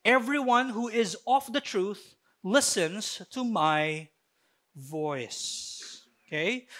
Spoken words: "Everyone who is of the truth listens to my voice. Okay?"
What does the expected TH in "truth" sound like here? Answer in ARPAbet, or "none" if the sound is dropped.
TH